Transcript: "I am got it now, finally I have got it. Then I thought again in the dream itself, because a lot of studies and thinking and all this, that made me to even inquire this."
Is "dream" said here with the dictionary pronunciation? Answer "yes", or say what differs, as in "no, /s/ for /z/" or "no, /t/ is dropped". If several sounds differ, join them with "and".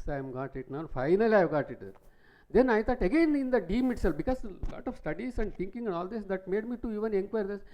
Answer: no, /ɹ/ is dropped